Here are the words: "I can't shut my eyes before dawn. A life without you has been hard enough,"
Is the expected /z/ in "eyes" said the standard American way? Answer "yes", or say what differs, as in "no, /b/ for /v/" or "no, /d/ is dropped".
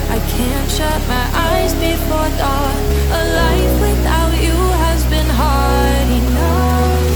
yes